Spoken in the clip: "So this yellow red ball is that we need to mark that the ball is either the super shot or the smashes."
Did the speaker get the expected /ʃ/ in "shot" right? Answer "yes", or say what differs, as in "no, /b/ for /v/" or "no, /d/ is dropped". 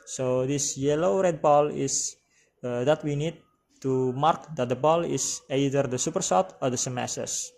no, /s/ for /ʃ/